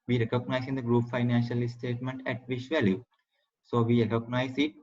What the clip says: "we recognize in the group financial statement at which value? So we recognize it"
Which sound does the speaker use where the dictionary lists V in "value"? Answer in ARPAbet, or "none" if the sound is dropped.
V